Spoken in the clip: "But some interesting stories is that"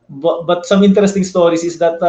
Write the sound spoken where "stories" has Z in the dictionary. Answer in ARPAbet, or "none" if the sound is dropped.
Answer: S